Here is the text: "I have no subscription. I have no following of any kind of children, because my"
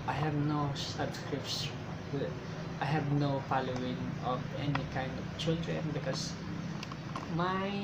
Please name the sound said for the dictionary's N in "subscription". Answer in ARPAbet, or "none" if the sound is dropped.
none